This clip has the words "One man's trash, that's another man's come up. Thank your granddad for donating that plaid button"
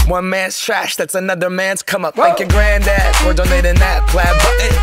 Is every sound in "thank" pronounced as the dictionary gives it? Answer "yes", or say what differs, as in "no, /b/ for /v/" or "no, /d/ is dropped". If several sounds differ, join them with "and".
no, /ŋ/ is dropped